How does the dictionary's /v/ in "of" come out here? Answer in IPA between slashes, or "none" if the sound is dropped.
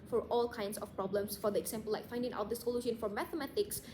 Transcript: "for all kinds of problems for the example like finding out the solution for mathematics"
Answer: /p/